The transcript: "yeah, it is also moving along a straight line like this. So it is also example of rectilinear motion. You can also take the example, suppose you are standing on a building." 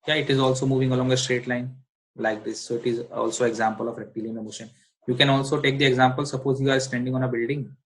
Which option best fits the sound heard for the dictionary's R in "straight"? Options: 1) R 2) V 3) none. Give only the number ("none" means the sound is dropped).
1